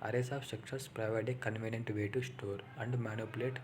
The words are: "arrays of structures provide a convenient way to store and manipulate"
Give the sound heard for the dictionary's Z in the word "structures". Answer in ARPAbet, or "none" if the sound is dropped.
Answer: S